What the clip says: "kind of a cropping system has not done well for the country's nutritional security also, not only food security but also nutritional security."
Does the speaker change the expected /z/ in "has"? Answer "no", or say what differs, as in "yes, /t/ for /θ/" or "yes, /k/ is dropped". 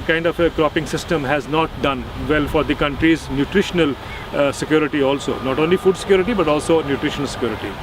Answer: no